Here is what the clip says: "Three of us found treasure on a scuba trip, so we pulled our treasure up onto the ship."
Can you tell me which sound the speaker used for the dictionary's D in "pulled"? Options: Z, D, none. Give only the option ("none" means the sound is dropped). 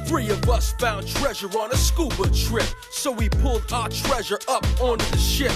D